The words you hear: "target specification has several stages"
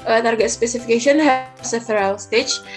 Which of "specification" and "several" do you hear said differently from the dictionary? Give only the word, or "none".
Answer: several